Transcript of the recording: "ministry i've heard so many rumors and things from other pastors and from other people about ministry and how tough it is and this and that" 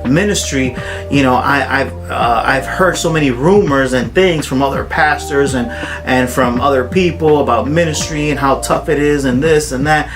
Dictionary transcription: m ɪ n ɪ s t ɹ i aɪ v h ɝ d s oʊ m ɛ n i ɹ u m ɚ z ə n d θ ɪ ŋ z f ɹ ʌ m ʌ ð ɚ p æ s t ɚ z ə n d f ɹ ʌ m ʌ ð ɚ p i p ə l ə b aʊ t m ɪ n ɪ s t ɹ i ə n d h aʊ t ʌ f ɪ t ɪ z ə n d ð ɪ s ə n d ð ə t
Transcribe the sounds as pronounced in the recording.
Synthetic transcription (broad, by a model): m ɪ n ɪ s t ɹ i aɪ v h ɝ d s oʊ m ɛ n i ɹ u m ɚ z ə n θ ɪ ŋ z f ɹ ʌ m ʌ ð ɚ p æ s t ɚ z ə n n f ɹ ʌ m ʌ ð ɚ p i p l ə b aʊ t m ɪ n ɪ s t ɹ i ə n h aʊ t ʌ f ɪ t ɪ z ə n ð ɪ s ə n ð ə t